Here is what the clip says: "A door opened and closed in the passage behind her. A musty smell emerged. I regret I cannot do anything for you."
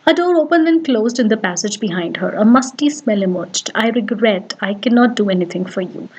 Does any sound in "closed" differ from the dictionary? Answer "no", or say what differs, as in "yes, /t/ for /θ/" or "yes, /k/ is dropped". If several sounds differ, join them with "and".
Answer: no